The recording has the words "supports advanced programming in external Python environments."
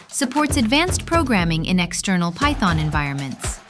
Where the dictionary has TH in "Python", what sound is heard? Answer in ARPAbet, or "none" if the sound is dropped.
TH